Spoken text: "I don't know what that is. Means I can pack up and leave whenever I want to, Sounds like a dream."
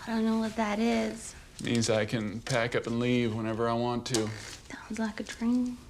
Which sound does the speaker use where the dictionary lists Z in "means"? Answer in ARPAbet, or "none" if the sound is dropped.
Z